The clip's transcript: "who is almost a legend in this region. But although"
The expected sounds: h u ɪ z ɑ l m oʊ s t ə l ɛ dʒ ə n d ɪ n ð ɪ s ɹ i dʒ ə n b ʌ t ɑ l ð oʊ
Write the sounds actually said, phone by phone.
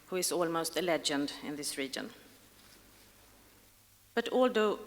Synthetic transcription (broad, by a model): h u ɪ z ɑ l m oʊ s t ə l ɛ dʒ ə n d ɪ n ð ɪ s ɹ i dʒ ə n b ʌ t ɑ l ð oʊ